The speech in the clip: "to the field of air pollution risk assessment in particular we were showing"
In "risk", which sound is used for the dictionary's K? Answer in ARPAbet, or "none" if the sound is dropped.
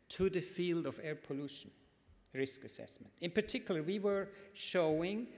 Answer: K